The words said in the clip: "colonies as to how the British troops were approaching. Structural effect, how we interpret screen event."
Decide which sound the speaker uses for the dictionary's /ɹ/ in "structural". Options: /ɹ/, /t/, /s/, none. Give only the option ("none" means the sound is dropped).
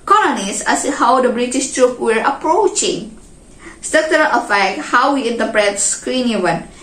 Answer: none